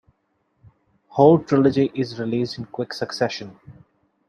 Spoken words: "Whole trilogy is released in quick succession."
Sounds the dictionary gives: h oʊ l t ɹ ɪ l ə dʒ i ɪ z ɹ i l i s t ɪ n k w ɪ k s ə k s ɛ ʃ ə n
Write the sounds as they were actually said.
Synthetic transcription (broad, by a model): h oʊ l t ɹ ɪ l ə dʒ i ɪ z ɹ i l i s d ɪ n k w ɪ k s ə k s ɛ ʃ ə n